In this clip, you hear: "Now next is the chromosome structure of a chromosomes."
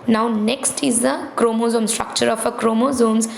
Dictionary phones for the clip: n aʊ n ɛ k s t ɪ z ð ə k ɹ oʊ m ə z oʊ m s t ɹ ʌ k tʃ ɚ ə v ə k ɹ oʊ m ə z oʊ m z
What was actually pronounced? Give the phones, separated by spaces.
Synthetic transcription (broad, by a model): n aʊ n ɛ k s t ɪ z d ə k ɹ oʊ m ə z oʊ m s t ɹ ʌ k tʃ ɚ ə f ə k ɹ oʊ m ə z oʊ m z